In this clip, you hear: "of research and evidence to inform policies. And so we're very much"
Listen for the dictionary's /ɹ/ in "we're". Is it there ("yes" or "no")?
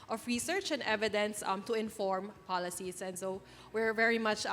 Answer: yes